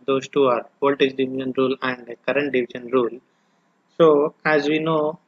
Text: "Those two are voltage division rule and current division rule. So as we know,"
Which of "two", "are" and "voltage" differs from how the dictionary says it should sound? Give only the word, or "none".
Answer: voltage